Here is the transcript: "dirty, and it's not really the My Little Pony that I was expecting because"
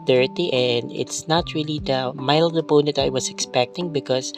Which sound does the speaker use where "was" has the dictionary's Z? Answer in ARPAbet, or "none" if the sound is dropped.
S